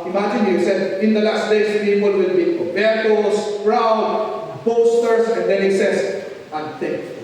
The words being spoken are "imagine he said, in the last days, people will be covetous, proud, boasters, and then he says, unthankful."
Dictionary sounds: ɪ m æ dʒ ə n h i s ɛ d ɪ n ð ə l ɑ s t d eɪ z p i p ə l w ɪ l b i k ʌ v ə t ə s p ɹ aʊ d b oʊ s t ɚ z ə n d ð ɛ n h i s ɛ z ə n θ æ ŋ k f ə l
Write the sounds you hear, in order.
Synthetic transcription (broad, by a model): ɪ m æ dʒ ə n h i s ɛ d ɪ n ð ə l ɑ s t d eɪ s p i p ə l w ɪ l b i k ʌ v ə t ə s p ɹ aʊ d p oʊ s t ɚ s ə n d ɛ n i s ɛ s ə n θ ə